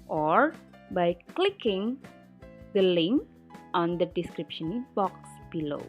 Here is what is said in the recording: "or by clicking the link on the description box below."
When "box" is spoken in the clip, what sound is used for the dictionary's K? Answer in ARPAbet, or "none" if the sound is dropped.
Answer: K